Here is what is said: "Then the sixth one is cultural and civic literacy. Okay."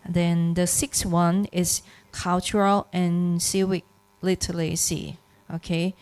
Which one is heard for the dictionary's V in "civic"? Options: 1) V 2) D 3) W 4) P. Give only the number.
3